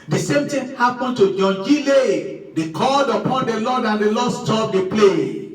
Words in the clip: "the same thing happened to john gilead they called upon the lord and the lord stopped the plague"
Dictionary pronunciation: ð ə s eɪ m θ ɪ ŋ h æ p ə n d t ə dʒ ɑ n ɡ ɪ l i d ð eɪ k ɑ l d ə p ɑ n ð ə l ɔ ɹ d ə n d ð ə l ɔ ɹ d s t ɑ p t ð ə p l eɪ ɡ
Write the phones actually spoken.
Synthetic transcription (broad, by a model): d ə s eɪ m t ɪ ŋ h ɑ p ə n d t ə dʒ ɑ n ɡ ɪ l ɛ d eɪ k ɑ l d ə p ɑ n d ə l ɔ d ə n d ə l ɔ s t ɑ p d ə p l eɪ